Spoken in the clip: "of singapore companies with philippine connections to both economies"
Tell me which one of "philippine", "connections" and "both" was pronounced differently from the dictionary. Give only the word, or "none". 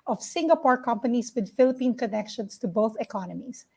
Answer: connections